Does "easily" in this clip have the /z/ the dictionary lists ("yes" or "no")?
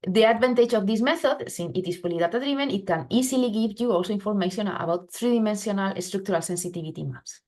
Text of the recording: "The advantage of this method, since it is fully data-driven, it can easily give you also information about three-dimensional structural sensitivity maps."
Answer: no